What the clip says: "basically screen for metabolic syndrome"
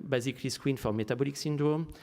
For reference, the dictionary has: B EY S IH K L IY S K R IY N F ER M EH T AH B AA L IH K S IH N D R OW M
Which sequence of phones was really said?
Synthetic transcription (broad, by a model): B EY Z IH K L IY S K W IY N F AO M EH T AH B AA L IH K S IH N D R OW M